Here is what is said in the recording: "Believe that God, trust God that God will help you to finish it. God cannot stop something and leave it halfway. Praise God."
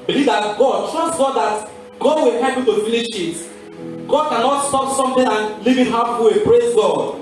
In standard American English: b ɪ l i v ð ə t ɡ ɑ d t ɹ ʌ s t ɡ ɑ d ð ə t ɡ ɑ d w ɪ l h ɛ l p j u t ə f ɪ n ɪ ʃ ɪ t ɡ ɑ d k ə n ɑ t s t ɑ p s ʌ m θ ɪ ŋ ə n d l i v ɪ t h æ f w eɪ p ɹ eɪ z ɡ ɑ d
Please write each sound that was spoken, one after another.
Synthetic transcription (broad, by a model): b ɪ l i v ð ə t ɡ ɑ d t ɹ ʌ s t ɡ ɑ d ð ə t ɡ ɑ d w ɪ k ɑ p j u t ə f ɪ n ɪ ʃ ɪ t ɡ ɑ d k ə n ɑ t s t ɑ p s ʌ m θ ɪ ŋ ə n l i v ɪ t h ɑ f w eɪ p ɹ eɪ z ɡ ɑ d